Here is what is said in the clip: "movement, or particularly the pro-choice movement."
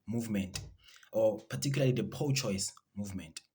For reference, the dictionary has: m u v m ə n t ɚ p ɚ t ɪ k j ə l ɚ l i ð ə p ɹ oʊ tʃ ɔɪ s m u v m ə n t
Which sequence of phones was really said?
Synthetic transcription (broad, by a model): m u v m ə n t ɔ p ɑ t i k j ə l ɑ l i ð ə p oʊ tʃ ɔɪ s m u v m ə n t